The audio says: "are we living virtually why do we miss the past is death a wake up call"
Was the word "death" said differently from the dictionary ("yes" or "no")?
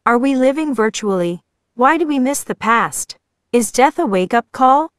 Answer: no